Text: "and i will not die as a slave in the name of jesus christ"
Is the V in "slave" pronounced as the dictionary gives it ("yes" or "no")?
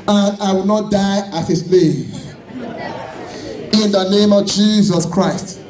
no